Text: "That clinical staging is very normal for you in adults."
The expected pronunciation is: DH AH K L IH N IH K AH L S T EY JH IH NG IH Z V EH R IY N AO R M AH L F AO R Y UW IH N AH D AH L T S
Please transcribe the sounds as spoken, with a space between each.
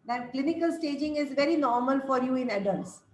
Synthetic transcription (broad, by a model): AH K L IH N IH K AH L S T EY JH IH NG IH Z V EH R IY N AO R M AH L F AO R Y UW IH N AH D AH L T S